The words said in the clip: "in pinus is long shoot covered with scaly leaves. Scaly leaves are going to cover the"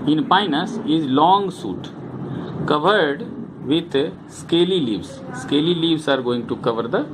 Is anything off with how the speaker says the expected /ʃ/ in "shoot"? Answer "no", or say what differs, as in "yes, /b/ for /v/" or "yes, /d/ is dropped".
yes, /s/ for /ʃ/